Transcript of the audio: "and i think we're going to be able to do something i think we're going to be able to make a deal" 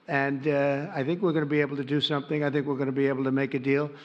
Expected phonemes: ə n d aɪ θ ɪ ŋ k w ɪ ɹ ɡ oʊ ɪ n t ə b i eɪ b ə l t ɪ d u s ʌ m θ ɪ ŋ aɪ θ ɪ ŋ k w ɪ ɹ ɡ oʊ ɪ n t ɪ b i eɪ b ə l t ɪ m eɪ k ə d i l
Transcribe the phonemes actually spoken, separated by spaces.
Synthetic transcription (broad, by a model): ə n aɪ θ ɪ ŋ k w ɪ ɹ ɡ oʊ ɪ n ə b i eɪ b l t ɪ d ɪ s ʌ m θ ɪ ŋ aɪ θ ɪ ŋ k w ɪ ɹ ɡ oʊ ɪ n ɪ b i eɪ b l t ɪ m eɪ k ə d i l